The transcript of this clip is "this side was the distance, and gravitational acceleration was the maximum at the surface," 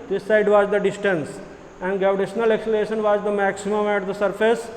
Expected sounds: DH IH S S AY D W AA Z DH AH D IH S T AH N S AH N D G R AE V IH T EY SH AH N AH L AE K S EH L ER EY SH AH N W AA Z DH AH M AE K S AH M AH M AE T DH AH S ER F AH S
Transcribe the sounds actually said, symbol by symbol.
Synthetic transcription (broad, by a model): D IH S S AY D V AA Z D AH D IH S T AH N S AH N D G AE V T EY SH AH N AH L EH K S L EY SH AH N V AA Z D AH M AE K S AH M AH M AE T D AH S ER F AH S